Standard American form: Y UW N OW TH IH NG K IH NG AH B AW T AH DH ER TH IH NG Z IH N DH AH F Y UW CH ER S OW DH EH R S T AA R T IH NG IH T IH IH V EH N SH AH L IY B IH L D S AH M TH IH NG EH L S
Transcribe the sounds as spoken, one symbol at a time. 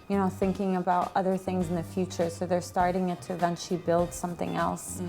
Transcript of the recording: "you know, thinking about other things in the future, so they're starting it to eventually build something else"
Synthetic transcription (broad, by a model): Y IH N OW TH IH NG K IH NG AH B AW T AH DH ER TH IH NG Z N DH AH F Y UW CH ER S OW DH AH R S T AA R T IH NG IH T IH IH V EH N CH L IY B IH L D S AH M TH IH NG EH L S